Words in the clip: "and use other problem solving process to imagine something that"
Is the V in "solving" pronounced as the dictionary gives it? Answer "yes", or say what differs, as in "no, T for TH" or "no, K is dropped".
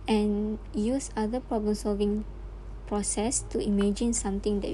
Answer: yes